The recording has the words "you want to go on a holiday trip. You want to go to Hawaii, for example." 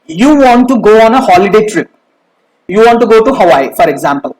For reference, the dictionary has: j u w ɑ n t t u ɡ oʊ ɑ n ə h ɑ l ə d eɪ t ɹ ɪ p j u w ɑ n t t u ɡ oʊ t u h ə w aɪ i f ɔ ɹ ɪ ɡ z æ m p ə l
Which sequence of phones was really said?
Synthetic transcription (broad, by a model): j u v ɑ n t t u ɡ oʊ ɑ n ə h ɑ l ə d eɪ t ɹ ɪ p j u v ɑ n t t u ɡ oʊ t u h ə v aɪ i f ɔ ɹ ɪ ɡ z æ m p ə l